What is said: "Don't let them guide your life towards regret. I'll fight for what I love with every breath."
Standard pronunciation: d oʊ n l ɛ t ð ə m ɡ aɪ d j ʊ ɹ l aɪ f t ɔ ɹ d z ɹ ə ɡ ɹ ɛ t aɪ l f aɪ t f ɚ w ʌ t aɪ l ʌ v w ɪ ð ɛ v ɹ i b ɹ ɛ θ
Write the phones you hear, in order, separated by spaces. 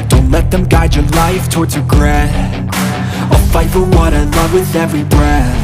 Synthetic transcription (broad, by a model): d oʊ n l ɛ t ð ə m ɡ aɪ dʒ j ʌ ɹ l aɪ f t ɔ ɹ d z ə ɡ ɹ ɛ aɪ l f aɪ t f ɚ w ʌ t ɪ l ʌ v w ɪ ð ɛ v ɹ i b ɹ ɛ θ